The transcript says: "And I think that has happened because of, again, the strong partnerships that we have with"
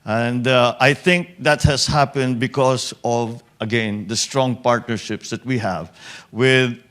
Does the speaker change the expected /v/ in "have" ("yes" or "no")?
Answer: no